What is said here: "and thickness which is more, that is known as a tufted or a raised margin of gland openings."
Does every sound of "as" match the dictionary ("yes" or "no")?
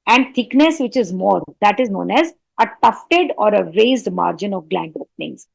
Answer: yes